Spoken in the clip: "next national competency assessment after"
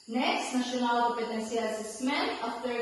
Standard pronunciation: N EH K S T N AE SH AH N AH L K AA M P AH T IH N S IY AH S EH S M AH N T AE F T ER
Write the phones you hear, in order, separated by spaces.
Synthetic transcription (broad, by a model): N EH K S T N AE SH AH N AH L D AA P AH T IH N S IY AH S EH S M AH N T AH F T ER